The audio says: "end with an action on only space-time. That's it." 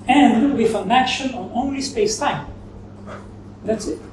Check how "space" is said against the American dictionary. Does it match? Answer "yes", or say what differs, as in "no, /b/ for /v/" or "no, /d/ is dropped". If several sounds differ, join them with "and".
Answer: yes